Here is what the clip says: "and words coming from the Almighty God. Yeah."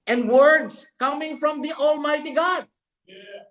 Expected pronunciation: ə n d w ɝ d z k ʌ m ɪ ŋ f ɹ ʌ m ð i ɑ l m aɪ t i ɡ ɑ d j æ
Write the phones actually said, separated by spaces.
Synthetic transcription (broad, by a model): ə n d w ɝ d s k ʌ m ɪ ŋ f ɹ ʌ m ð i ɑ l m aɪ t i ɡ ɑ d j